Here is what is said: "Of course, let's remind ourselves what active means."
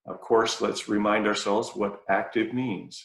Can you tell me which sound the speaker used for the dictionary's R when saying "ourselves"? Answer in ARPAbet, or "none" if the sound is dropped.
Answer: R